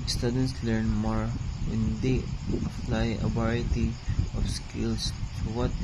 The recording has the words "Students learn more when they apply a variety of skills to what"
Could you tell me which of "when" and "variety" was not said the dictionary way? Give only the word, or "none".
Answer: variety